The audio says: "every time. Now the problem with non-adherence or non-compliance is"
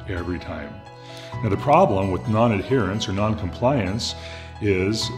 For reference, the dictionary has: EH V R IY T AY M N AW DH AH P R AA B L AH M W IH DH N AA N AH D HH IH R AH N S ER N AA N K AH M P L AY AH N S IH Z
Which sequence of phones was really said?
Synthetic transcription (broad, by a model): EH V R IY T AY M N AW DH AH P R AA B L AH M W IH DH N AA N AH D HH IH R AH N S ER N AA N K AH M P L AY AH N S IH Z